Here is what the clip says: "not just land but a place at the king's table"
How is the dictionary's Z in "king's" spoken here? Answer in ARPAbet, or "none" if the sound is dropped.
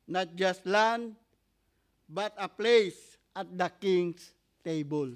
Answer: S